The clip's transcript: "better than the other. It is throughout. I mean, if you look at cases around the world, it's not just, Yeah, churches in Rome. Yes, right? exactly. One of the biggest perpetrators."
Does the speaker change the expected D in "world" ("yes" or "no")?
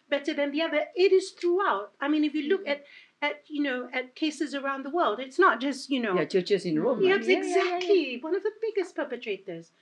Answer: no